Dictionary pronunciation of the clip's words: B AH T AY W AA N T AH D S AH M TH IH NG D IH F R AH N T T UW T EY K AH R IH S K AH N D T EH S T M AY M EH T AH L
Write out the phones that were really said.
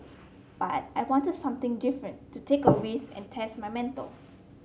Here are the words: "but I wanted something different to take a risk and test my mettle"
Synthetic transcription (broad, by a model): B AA T AY W AA N T AH D S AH M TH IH NG D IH F R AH N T T UW T EY K AH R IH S AH N T EH S T M AY M EH T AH L